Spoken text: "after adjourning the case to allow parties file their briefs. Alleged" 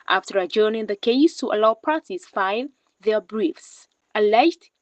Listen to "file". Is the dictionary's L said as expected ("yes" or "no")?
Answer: no